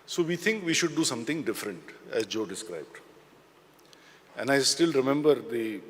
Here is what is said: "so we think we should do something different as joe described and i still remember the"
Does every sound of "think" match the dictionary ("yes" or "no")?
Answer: no